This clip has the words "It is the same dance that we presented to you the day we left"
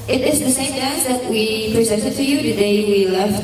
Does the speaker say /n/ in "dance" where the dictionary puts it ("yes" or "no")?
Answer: no